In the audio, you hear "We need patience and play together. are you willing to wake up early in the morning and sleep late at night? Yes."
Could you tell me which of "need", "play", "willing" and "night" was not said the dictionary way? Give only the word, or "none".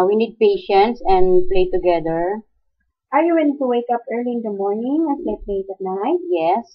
willing